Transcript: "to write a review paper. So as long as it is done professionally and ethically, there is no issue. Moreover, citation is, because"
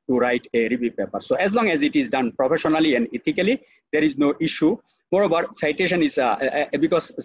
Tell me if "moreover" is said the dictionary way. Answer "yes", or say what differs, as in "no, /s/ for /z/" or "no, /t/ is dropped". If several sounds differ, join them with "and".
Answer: no, /b/ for /v/